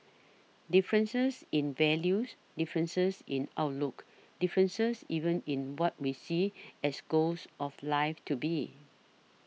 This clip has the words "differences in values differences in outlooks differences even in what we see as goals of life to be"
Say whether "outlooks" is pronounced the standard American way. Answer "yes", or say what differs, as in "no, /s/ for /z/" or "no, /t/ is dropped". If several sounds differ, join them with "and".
no, /s/ is dropped